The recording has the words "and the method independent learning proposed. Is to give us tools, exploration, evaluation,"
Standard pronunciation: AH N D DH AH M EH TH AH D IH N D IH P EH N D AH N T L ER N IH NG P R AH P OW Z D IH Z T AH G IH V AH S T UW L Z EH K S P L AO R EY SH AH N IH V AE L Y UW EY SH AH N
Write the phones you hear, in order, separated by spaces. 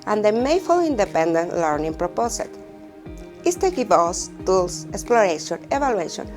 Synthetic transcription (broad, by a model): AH N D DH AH M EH F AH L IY N D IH P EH N D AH N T L ER N IH NG P R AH P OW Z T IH S T AH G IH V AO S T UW L S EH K S P L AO R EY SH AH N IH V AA L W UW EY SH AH N